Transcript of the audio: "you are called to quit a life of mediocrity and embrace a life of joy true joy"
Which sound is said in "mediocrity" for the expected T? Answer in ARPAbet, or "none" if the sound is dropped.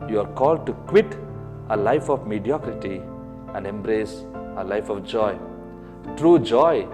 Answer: T